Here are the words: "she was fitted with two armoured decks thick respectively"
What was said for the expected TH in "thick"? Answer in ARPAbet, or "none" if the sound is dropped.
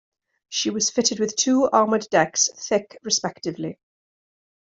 TH